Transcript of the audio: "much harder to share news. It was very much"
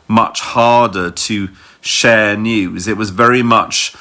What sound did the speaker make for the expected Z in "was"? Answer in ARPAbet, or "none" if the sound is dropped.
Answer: Z